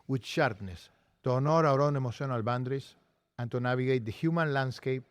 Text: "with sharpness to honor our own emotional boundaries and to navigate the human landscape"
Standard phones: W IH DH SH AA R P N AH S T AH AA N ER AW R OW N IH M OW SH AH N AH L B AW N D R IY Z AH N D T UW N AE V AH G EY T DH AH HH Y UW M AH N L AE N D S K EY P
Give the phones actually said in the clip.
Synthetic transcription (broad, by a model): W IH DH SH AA R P N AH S T AH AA N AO AW R OW N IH M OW S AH N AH L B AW N D R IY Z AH N T UW N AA B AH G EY T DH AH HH Y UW M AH N L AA N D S K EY P